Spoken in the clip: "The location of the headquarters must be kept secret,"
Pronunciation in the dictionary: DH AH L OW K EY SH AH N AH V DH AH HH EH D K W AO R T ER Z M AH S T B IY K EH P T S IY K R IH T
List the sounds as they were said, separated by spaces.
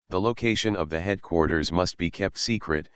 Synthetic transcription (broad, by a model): DH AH L OW K EY SH AH N AH V DH AH HH EH D K W AO R T ER Z M AH S T B IY K EH P T S IY K R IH T